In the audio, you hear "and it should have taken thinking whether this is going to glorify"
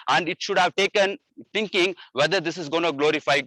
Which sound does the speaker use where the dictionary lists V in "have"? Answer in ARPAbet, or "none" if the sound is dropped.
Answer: V